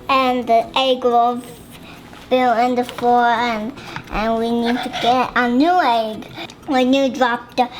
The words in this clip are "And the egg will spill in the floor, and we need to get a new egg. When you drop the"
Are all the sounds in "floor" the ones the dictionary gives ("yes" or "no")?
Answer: no